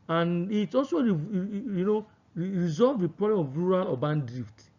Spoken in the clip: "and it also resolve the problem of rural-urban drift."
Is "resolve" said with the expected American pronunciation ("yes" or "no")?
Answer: yes